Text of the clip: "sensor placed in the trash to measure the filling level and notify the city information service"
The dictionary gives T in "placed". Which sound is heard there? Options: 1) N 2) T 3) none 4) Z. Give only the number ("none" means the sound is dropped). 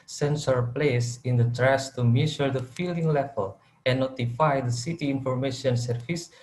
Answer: 3